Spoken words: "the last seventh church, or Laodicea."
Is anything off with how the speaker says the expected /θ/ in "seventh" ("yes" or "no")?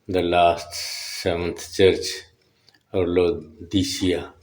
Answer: yes